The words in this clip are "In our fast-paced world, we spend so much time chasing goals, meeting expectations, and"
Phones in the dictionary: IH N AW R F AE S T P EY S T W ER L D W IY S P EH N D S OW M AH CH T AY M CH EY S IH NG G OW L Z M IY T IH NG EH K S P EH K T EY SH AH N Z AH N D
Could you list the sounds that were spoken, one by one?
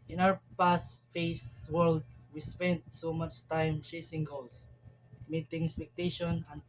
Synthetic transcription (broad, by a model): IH N AW R P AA S T F EY S W ER L D W IY S P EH N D S OW M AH CH T AY M CH EY S IH NG G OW L S M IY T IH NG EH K S P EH K T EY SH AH N AH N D